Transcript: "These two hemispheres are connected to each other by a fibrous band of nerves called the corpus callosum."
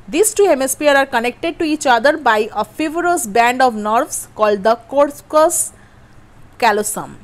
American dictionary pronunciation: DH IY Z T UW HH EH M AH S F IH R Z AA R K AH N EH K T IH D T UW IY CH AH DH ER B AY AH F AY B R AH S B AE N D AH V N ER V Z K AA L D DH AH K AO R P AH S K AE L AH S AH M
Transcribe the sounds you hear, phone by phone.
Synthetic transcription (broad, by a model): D IY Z T UW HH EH M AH S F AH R AA R K AH N EH K T IH D T UW IY CH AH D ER B AY AH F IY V R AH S B AE N D AH V N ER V S K AA L D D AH K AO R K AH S K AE L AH S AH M